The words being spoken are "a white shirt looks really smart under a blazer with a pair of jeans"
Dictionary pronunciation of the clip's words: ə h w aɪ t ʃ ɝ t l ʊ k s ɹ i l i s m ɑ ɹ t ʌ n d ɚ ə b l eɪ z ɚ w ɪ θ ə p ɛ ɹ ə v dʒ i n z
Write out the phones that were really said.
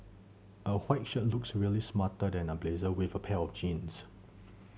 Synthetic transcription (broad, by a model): ə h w aɪ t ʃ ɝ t l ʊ k s ɹ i l i s m ɑ t ʌ d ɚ ə b l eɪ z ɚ w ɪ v ə p ɛ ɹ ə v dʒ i n s